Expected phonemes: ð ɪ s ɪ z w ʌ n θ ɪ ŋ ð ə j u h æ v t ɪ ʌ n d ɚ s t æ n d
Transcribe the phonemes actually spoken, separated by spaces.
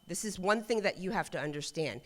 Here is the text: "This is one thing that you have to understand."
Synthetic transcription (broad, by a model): ð ɪ s ɪ z w ʌ n θ ɪ ŋ ð ə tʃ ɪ h æ f t ɪ ʌ n d ɚ s t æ n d